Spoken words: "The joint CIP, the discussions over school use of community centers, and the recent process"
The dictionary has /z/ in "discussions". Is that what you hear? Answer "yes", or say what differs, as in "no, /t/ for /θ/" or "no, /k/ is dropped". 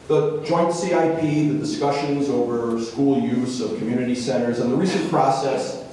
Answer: yes